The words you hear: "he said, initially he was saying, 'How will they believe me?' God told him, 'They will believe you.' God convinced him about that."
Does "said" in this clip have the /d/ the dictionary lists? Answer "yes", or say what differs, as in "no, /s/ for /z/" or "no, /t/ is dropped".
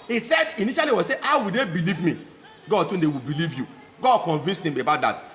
yes